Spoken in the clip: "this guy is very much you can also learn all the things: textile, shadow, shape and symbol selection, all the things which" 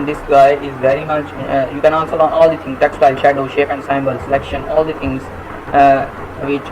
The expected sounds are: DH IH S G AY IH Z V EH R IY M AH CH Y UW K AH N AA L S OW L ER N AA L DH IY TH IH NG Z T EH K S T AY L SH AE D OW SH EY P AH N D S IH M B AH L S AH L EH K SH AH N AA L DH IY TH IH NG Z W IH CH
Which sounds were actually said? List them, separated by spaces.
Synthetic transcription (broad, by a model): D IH S G AY IH Z V EH R IY M AH CH Y UW K AH N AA N S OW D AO N AA L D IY T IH NG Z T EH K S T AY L SH AE D OW SH EY P AH N D S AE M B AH L S AH L EH K SH AH N AA L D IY T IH NG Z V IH CH